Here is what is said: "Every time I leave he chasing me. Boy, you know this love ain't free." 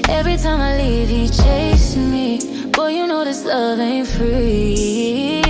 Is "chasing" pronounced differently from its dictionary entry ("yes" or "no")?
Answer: yes